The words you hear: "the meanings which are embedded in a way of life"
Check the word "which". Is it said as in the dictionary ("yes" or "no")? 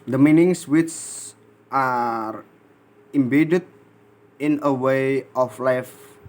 no